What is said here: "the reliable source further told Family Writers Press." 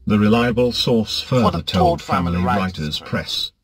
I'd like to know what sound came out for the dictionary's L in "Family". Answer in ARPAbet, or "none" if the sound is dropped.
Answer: L